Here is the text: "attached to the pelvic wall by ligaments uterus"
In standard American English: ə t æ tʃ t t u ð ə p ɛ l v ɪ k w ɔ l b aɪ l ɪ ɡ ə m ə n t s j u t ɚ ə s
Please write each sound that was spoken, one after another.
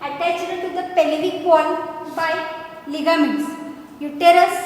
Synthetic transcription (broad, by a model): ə t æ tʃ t t u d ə p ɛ l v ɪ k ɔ n b aɪ l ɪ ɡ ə m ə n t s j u t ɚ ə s